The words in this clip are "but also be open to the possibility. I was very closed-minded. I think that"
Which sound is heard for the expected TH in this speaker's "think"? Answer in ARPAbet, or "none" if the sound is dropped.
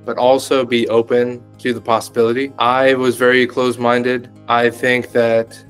TH